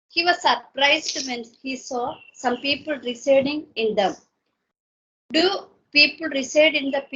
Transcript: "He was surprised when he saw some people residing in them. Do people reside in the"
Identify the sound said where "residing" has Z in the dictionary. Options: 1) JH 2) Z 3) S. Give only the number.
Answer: 3